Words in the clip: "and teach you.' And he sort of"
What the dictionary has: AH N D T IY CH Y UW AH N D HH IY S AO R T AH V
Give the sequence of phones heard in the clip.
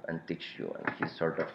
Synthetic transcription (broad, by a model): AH N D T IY S Y UW AH N D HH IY S AO R T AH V